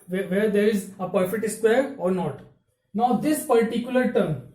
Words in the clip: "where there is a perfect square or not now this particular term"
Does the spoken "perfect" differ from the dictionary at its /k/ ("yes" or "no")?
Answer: yes